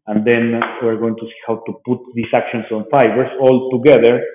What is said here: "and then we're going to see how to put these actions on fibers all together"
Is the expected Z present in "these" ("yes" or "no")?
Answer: no